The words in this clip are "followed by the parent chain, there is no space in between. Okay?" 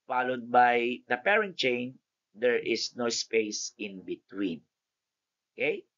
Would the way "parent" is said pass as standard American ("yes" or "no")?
yes